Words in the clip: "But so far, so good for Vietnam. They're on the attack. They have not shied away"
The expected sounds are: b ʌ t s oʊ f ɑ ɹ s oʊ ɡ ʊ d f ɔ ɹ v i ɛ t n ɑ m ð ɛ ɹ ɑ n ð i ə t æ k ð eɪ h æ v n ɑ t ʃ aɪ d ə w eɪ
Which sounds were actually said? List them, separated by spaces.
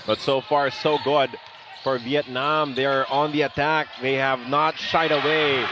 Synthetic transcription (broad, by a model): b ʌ t s oʊ f ɑ ɹ s oʊ ɡ ʊ d f ɔ ɹ v i ɛ t n ɑ m ð ɛ ɹ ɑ n ð i ə t æ k ð eɪ h æ v n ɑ t ʃ aɪ d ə w eɪ